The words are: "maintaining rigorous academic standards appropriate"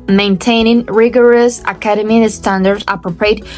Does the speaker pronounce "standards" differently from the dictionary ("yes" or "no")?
yes